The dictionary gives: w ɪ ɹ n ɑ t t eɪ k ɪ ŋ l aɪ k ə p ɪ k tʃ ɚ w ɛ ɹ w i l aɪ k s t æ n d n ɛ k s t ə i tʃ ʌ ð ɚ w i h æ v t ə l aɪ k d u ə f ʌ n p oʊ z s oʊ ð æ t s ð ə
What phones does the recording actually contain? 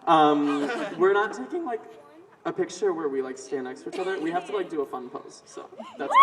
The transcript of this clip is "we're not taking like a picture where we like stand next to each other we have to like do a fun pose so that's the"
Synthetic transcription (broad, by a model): w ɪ ɹ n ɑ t t eɪ k ɪ ŋ l aɪ k ə p ɪ k tʃ ɚ w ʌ ɹ w i l aɪ k s t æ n n ɛ k s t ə i tʃ ʌ ð ɚ w i h æ f t ə l aɪ k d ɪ ə f ʌ n p oʊ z s oʊ ð æ t s